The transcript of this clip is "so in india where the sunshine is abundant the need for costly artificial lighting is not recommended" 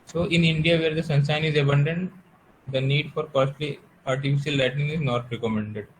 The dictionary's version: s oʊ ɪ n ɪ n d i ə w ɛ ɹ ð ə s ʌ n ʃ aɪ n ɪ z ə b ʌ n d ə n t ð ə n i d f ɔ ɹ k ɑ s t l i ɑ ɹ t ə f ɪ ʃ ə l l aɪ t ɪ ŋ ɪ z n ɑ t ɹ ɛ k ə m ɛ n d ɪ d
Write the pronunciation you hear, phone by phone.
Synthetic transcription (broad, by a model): s oʊ ɪ n ɪ n d i ə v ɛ ɹ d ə s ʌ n s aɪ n ɪ z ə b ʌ n d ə n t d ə n i d f ɔ ɹ k ɑ s t l i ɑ ɹ t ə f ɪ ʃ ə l l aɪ t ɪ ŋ ɪ z n ɑ t ɹ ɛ k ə m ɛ n d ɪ d